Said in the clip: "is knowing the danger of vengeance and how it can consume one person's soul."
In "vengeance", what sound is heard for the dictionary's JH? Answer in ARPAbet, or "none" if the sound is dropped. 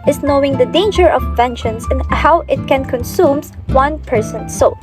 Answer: SH